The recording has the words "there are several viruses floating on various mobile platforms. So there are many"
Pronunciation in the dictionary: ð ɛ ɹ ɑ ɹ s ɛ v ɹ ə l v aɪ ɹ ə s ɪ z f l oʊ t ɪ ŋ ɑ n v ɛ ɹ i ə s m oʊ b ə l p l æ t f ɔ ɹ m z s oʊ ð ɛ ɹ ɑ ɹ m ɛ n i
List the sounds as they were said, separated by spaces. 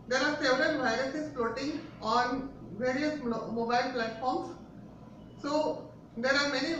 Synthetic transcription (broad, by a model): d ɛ ɹ ɑ ɹ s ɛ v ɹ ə n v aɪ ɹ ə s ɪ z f l oʊ t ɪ ŋ ɑ n v ɛ ɹ i ə s m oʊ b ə l p l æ t f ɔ ɹ m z s oʊ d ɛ ɹ ɑ ɹ m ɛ n i